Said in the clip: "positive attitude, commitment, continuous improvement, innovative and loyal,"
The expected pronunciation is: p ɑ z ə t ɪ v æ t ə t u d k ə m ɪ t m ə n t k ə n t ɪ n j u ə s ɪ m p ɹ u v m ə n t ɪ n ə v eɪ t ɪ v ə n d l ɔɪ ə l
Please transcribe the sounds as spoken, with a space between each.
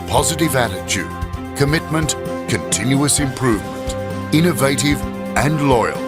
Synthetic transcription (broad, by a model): p ɑ z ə t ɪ v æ t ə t u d k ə m ɪ t m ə n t k ə n t ɪ n j u ə s ɪ m p ɹ u v m ə n t ɪ n ə v eɪ t ɪ v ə n l ɔɪ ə l